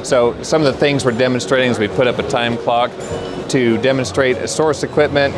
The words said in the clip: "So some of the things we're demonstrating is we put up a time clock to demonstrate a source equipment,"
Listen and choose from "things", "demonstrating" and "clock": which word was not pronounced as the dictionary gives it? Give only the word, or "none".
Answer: none